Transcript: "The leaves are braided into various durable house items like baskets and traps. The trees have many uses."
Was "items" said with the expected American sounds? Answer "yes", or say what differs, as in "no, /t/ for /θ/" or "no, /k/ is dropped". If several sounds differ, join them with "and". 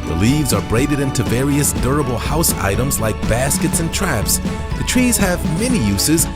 yes